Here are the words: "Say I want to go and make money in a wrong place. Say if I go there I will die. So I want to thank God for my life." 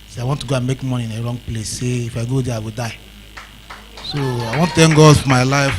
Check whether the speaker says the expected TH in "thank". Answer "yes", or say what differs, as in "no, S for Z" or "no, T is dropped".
no, T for TH